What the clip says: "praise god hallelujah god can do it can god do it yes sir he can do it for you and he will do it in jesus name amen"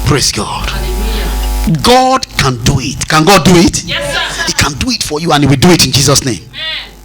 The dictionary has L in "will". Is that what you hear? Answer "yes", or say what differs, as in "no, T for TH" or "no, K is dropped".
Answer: yes